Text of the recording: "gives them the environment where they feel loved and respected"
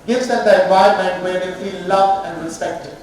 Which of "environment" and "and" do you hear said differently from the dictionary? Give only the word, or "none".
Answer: environment